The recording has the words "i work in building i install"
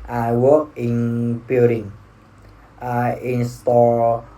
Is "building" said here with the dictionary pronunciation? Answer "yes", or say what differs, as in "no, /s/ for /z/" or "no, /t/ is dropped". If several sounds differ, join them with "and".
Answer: no, /l/ is dropped